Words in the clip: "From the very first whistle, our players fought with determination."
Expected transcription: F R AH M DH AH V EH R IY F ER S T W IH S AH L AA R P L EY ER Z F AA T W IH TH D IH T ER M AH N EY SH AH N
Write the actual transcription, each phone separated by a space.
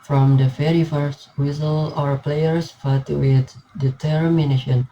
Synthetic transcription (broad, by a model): F R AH M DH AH F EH R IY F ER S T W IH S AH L AA R P L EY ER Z F AA T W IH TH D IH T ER M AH N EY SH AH N